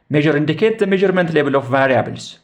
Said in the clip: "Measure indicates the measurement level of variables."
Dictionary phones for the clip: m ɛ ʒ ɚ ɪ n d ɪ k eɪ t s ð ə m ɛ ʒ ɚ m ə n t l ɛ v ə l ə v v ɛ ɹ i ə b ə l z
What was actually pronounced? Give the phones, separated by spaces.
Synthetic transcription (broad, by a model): m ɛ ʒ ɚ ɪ n d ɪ k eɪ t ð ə m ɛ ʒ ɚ m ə n t l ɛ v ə l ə f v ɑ ɹ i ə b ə l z